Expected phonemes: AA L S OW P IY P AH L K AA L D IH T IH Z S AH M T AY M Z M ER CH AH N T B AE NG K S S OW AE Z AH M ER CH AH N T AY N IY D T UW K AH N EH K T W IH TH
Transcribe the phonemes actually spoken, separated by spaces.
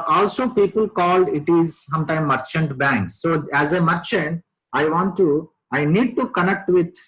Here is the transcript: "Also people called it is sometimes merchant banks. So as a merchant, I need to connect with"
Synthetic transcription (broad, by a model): AA L S OW P IY P AH L K AA L D IH T IH Z S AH M T AY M M ER CH AH N T B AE NG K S S OW AE Z AH M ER CH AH N T AY N IY D T UW K AH N EH K T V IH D